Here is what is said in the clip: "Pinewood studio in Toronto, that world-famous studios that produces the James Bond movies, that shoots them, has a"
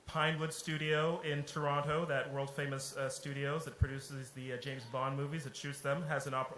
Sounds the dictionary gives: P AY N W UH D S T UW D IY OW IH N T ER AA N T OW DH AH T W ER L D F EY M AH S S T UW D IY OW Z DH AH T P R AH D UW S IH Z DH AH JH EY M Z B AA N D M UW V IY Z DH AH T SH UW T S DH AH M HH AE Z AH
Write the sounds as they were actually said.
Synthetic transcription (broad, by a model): P AY N W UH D S T UW D IY OW IH N T ER AA N T OW DH AH T W ER L D F EY M AH S S T UW D IY OW Z DH AH T P R AH D UW S IH Z DH AH JH EY M Z B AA N M UW V IY Z DH AH T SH UW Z DH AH M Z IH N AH